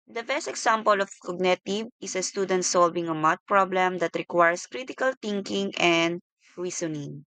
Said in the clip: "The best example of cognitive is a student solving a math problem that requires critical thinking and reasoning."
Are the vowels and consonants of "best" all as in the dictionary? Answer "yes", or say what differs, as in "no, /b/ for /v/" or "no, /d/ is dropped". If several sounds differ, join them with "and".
yes